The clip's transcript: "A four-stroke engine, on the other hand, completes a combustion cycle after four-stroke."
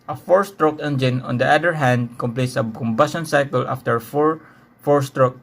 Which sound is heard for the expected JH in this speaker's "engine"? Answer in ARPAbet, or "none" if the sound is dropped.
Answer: JH